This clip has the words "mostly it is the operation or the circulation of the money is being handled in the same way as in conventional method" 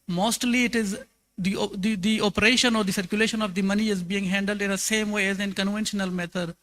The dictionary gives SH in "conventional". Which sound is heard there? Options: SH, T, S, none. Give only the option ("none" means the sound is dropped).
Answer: SH